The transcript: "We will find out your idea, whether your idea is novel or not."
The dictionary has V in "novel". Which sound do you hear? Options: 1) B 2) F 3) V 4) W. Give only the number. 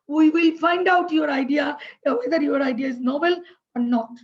1